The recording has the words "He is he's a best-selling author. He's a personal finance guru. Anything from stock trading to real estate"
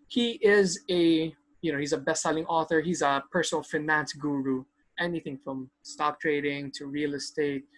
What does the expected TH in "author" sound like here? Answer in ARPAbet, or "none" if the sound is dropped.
TH